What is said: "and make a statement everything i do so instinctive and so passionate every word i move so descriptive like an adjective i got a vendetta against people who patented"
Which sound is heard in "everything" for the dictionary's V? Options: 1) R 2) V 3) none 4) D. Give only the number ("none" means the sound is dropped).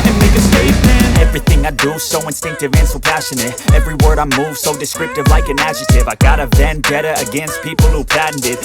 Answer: 2